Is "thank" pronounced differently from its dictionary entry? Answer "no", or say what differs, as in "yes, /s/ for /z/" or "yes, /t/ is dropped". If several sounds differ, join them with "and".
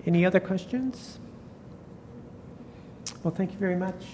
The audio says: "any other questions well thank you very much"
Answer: no